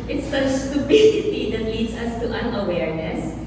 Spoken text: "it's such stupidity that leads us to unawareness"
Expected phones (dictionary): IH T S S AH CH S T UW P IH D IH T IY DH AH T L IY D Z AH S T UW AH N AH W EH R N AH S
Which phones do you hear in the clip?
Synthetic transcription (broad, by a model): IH T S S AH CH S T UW B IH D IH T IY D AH T L IY D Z AH S T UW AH N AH W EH R N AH S